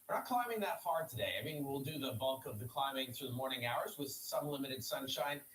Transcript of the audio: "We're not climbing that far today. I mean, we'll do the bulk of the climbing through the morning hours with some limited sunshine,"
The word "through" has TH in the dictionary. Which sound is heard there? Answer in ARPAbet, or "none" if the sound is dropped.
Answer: TH